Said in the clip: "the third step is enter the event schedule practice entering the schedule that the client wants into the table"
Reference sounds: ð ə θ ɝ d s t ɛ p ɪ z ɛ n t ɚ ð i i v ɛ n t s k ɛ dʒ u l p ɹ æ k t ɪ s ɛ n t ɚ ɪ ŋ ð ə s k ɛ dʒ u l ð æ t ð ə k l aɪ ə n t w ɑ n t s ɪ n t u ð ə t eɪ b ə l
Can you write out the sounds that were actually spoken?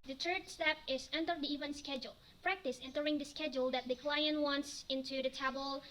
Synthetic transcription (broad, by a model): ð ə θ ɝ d s t ɛ p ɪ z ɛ n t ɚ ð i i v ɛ n s k ɛ dʒ u l p ɹ æ k t ɪ s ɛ n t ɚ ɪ ŋ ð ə s k ɛ dʒ u l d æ t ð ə k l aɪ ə n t w ɑ n t s ɪ n t u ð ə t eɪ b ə l